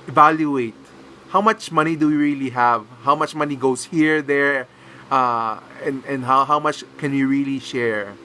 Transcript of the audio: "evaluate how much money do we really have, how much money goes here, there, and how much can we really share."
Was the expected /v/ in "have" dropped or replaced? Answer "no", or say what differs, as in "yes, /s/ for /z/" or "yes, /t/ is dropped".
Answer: no